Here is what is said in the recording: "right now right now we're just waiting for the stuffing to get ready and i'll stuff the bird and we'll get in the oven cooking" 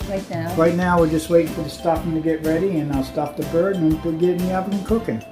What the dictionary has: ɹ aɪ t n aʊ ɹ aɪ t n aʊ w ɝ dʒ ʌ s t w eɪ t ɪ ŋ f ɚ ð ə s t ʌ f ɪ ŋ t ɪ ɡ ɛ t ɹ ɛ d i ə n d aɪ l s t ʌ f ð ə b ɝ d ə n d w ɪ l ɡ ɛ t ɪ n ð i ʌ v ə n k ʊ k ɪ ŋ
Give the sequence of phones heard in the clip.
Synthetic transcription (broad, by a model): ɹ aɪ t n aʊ ɹ aɪ t n aʊ w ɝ dʒ ʌ s t w eɪ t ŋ f ɚ ð ə s t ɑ p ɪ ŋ t ɪ ɡ ɛ t ɹ ɛ d i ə n aɪ l s t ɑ p ð ə b ɝ d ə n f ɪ ɡ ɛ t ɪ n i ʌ p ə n k ʊ k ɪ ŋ